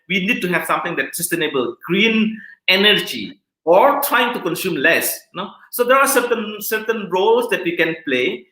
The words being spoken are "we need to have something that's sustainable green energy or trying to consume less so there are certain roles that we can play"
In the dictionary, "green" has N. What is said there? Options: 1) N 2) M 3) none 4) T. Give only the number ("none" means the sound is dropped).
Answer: 1